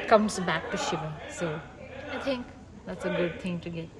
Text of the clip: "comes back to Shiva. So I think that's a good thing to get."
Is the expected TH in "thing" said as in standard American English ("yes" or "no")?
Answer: no